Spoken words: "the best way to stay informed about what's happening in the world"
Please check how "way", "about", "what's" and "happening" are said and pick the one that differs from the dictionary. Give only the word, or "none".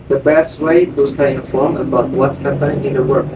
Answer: none